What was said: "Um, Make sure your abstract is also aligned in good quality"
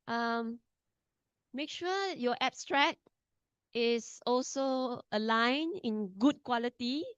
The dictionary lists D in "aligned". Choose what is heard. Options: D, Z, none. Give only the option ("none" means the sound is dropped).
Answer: none